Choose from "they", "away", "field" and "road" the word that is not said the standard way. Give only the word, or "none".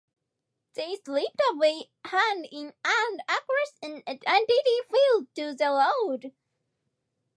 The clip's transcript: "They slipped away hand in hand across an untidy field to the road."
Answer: road